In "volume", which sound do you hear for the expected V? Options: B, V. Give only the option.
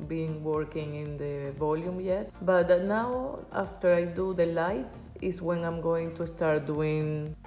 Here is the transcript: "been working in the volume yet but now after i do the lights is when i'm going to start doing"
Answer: V